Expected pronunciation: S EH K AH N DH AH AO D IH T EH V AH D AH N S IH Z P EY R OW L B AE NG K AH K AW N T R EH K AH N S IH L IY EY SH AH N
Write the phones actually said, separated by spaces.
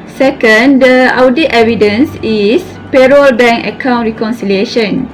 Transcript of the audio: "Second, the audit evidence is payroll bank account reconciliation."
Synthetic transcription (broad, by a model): S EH K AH N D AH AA D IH T EH V AH D AH N S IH S P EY R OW L B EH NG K AH K AW N T R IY K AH N S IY L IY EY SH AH N